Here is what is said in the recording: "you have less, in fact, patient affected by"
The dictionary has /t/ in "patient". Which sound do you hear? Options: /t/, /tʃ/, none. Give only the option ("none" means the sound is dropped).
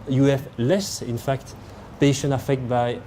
none